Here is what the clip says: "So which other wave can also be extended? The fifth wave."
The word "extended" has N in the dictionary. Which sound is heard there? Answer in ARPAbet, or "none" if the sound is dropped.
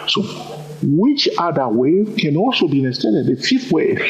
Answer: none